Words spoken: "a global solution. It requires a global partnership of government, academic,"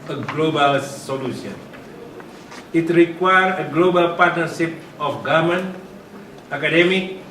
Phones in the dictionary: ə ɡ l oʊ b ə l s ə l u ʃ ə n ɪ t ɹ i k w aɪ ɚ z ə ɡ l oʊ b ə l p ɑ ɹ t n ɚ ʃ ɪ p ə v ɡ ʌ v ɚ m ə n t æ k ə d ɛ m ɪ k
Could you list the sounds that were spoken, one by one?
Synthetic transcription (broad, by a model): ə ɡ l oʊ b ə l s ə l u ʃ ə n ɪ t ɹ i k w aɪ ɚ ə ɡ l oʊ b ə l p ɑ ɹ t n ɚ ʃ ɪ p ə f ɡ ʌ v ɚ m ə n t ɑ k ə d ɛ m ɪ k